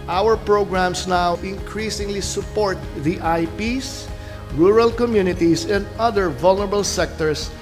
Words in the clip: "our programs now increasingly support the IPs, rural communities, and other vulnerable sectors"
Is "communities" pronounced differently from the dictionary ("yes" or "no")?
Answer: yes